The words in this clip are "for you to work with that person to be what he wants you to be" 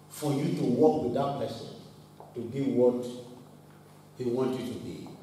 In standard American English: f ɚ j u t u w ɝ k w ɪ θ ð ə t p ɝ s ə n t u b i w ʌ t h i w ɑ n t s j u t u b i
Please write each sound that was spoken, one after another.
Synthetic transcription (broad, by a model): f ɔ j u t u w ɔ k w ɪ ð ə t p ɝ s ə n t u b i w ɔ t h i w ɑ n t j u t u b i